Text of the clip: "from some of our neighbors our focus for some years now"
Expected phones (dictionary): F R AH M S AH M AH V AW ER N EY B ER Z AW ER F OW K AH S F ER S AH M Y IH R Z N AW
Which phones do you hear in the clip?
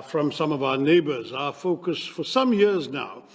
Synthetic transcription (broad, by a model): F R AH M S AH M AH V AW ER N EY B ER Z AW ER F OW K AH S F ER S AH M Y IH R Z N AW